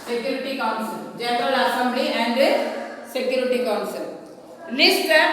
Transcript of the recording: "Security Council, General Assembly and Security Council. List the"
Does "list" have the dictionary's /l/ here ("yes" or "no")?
no